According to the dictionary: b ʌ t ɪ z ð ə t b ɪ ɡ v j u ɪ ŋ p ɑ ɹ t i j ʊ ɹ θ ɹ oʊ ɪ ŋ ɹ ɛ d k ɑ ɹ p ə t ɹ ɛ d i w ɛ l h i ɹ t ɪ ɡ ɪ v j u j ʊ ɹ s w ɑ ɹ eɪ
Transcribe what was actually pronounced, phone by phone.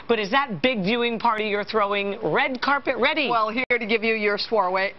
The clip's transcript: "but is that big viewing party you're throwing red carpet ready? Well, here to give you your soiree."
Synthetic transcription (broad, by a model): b ʌ t ɪ z ð ə t b ɪ ɡ v j u ɪ ŋ p ɑ ɹ t i j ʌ ɹ θ ɹ oʊ ɪ ŋ ɹ ɛ d k ɑ ɹ p ə t ɹ ɛ d i w ɛ l h i ɹ t ɪ ɡ ɪ v j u j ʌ ɹ s w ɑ ɹ eɪ